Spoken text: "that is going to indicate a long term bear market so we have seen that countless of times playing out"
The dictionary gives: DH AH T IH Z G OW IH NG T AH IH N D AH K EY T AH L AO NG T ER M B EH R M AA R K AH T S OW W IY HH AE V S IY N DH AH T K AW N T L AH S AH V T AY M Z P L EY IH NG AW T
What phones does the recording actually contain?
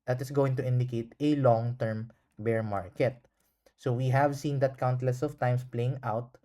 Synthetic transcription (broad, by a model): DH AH T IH S G OW IH NG T AH IH N D AH K EY T AH L AO NG T ER M B EH R M AA R K AH T S OW W IY HH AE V S IY N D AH T K AW N T L AH S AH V T AY M S P L EY IH NG AW T